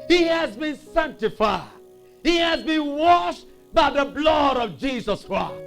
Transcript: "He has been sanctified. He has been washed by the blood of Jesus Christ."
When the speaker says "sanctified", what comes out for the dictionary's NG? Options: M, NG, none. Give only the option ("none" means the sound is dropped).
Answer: NG